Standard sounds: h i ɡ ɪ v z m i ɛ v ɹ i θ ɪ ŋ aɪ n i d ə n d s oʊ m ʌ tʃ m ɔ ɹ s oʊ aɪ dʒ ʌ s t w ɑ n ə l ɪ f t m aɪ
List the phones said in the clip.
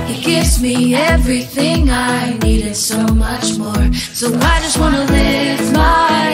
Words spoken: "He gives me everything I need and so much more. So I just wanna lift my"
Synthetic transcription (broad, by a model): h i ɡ ɪ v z m i ɛ v ɹ i θ ɪ ŋ aɪ n i d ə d s oʊ m ʌ tʃ m ɔ ɹ s oʊ aɪ dʒ ʌ s t w ɑ n ə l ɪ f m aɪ